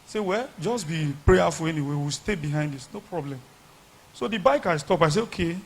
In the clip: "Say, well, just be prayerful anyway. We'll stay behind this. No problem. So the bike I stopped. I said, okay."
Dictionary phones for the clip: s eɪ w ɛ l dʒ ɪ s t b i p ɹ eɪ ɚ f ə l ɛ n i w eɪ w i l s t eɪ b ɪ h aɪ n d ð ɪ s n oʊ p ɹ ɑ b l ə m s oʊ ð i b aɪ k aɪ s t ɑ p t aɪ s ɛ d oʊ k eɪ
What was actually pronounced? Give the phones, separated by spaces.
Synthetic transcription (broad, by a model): s eɪ w ɛ l dʒ ɪ s t b i p ɹ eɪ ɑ f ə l ɛ n i w eɪ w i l s t eɪ b ɪ h aɪ n d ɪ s n oʊ p ɹ ɑ b l ə m s oʊ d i b aɪ k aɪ s t ɑ p aɪ s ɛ oʊ k eɪ